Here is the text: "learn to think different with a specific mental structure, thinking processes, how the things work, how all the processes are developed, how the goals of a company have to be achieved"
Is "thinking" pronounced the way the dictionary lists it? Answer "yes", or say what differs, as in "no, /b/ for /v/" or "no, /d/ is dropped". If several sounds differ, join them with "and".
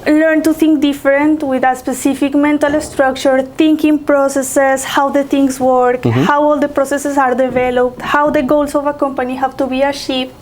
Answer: no, /t/ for /θ/